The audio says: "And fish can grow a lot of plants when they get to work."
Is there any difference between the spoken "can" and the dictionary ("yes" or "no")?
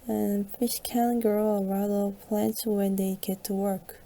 yes